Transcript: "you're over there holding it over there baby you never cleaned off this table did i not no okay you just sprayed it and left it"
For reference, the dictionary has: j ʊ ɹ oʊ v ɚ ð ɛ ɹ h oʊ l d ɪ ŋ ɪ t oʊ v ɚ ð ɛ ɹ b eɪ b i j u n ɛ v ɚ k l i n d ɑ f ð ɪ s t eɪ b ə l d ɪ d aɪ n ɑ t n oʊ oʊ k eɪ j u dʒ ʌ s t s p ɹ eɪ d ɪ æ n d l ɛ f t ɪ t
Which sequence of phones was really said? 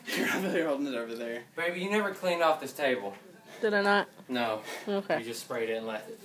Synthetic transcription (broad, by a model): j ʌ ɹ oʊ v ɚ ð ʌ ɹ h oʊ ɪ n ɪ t oʊ v ɚ ð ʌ ɹ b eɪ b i j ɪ n ɛ v ɚ k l i n ɑ f ð ɪ s t eɪ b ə l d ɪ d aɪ n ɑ t n oʊ oʊ k eɪ dʒ ʌ s t s p ɹ eɪ d ɪ n l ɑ ɪ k